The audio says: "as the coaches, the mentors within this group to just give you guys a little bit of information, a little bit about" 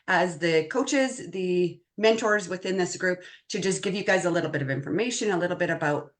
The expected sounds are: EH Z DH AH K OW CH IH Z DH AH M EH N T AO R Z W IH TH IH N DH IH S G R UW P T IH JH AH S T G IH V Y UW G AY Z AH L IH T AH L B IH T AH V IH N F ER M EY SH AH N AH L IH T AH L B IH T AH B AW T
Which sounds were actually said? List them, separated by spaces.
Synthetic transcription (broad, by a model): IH Z DH AH K OW CH IH Z DH AH M EH N T AO R Z W IH TH IH N DH IH S G R UW P T IH JH AH S G IH V Y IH G AY Z AH L IH T L B IH T AH V IH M F ER M EY SH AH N AH L IH T L B IH T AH B AW T